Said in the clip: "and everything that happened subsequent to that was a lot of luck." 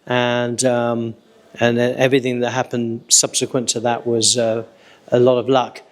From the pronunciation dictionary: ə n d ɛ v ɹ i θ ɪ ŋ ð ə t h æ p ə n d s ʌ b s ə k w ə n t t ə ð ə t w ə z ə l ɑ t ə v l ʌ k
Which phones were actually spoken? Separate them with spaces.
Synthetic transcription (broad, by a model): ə n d ɛ v ɹ i θ ɪ ŋ ð ə t h æ p ə n d s ʌ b s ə k w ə n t t ə ð ə t w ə z ə l ɑ t ə v l ʌ k